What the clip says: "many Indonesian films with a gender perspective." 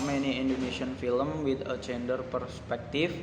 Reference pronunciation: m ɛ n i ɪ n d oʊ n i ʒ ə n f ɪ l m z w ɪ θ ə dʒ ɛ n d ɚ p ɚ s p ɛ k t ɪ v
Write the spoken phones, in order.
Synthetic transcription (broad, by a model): m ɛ n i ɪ n d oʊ n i s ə n f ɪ l m w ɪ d ə tʃ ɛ n d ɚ p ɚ s p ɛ k t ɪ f